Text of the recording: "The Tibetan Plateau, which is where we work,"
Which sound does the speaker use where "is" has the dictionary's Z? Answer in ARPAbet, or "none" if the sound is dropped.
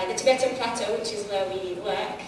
Z